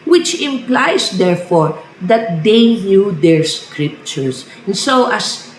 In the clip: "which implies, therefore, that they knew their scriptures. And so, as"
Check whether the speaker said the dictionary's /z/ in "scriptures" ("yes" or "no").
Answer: no